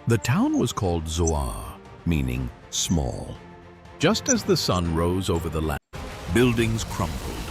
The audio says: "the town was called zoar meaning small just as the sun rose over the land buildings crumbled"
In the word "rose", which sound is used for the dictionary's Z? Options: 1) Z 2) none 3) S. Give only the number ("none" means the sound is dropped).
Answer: 1